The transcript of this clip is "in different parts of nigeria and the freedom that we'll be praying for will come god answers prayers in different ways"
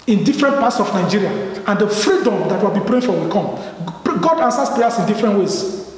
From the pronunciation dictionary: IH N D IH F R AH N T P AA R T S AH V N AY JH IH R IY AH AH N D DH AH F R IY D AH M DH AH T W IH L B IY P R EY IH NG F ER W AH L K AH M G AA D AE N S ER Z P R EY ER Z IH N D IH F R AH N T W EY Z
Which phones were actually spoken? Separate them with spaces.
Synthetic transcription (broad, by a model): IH N D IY F R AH N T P AA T S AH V N AY JH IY R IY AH AH N D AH F R IY D AH M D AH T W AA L B IY P R EY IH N F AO W AH L K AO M G AA D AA N S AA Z P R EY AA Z IH N D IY F R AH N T W EY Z